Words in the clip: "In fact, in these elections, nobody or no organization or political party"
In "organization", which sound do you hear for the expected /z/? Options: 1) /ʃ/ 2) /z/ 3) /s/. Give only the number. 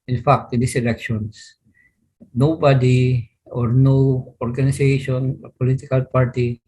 3